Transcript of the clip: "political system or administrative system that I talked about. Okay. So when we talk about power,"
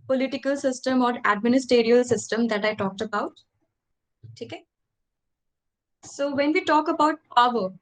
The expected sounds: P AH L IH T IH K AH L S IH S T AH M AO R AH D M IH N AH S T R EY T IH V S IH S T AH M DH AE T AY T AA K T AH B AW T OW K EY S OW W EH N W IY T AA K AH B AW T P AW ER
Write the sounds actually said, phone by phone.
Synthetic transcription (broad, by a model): P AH L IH T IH K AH L S IH S T AH M AO R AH D M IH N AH S T EY T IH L S IH S T AH M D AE T AY T AA K T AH B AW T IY K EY S OW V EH N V IY T AA K AH B AW T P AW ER